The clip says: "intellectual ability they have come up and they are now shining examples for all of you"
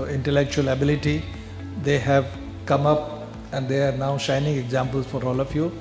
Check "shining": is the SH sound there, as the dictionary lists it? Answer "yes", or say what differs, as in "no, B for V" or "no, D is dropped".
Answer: yes